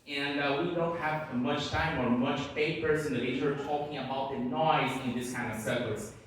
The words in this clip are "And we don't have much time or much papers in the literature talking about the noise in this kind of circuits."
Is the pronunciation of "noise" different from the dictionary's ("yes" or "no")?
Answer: no